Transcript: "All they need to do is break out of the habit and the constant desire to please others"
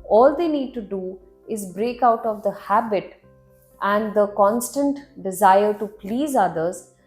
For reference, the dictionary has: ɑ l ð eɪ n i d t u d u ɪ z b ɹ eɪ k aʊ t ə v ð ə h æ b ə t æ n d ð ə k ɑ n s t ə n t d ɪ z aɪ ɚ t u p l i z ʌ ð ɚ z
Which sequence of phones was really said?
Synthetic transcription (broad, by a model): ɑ l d eɪ n i d t u d u ɪ z b ɹ eɪ k aʊ t ə v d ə h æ b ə t æ n d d ə k ɑ n s t ə n t d ɪ z aɪ ɚ t u p l i z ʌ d ɚ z